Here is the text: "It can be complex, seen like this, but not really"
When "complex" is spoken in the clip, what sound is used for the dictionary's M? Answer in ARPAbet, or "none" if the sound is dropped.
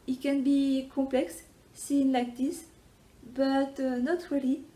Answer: none